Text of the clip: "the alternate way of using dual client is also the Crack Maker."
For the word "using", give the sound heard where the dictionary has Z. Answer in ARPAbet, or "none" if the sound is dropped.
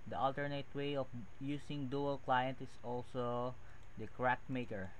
S